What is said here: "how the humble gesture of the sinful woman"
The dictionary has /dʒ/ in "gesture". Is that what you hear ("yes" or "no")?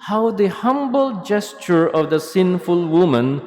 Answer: yes